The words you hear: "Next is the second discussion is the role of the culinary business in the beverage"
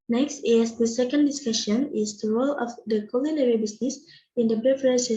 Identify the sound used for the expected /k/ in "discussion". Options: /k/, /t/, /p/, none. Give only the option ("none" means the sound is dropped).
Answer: /k/